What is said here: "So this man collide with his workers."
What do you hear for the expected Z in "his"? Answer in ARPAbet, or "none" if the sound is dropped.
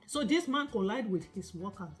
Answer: S